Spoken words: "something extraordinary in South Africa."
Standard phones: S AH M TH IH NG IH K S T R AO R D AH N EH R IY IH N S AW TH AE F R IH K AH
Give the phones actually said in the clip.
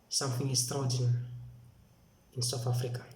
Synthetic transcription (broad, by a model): S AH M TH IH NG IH S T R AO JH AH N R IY IH N S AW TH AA F R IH K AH